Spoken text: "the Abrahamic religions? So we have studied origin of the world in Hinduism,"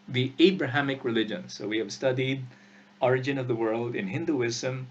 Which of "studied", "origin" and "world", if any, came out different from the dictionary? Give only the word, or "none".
none